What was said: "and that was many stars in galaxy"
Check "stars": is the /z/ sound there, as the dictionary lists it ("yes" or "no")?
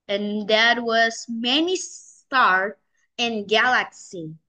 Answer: no